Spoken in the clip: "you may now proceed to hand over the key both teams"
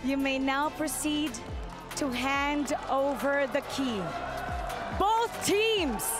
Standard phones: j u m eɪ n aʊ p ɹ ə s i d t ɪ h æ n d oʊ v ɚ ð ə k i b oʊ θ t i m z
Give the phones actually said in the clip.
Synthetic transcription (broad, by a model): j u m eɪ n aʊ p ɹ ə s i d t ɪ h æ n d oʊ v ɚ ð ə k i b oʊ θ t i m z